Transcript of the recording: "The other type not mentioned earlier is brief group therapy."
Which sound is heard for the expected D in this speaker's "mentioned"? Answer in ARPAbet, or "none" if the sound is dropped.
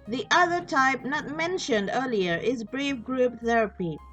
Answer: D